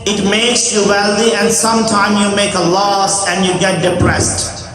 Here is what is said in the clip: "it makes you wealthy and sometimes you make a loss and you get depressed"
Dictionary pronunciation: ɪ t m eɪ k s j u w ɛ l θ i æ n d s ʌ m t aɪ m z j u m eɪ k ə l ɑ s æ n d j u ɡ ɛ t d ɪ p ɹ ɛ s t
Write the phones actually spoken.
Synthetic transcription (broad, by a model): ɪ t m eɪ k s j u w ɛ l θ i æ n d s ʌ m t aɪ m j u m eɪ k ə l ɑ s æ n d j u ɡ ɛ t d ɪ p ɹ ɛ s t